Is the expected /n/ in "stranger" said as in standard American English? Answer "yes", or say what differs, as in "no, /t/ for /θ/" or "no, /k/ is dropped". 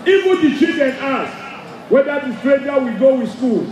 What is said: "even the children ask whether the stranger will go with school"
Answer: no, /n/ is dropped